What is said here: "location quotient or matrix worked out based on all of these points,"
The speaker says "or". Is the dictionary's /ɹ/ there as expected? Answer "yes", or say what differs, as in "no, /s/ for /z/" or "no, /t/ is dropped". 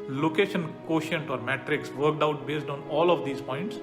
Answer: yes